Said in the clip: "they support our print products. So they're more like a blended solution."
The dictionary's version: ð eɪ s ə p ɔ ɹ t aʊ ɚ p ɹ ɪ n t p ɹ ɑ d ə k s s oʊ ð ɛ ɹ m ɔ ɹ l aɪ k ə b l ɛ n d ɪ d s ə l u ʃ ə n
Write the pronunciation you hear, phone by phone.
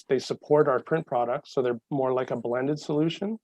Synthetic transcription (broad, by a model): ð eɪ s ə p ɔ ɹ t aʊ ɚ p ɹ ɪ n p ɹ ɑ d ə k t s oʊ ð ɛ ɹ m ɔ ɹ l aɪ k ə b l ɛ n d ɪ d s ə l u ʃ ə n